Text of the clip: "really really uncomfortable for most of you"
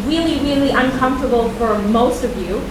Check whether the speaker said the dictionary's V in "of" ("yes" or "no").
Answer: yes